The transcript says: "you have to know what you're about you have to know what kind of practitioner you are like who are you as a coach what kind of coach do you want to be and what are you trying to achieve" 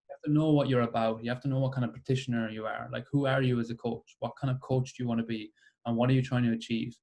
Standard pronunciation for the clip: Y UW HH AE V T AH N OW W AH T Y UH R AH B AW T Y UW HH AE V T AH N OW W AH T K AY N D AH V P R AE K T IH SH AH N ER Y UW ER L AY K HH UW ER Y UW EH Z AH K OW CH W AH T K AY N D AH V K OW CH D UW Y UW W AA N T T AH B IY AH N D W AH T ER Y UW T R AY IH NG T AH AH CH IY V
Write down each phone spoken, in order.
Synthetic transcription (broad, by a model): Y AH HH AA F T AH N OW W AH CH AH R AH B AW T Y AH HH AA F T AH N OW W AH T K AY N D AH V P AE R T IH SH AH N ER Y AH ER L AY K HH UW ER Y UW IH Z AH K OW CH W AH T K AY N D AH V K OW CH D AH Y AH W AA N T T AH B IY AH N W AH T ER Y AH T R AY IH NG T AH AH CH IY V